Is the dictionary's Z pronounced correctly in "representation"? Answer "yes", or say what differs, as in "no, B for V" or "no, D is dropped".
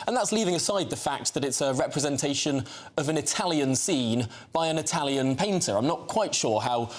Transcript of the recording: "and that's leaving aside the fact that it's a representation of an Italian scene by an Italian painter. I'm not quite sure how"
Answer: yes